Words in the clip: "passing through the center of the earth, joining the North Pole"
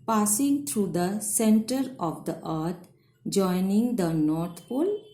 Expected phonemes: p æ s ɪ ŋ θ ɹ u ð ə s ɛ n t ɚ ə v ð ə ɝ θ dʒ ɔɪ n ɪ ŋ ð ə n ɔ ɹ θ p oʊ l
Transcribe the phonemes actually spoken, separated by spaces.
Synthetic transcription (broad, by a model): p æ s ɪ ŋ t ɹ u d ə s ɛ n t ɚ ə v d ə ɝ t dʒ ɔɪ n ɪ ŋ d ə n ɔ ɹ t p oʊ l